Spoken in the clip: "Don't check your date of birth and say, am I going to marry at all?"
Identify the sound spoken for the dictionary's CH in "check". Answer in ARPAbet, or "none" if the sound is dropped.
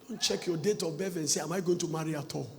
CH